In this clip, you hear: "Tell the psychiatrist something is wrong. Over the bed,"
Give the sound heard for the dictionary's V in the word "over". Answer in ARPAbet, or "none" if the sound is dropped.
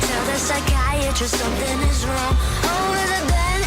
none